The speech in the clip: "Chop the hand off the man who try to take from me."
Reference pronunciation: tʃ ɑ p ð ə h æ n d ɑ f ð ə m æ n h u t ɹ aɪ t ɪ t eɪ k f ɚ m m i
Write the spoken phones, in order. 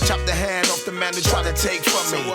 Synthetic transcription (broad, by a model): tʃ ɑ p ð ə h æ n d ɑ f ð ə m æ n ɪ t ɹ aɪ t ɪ t eɪ k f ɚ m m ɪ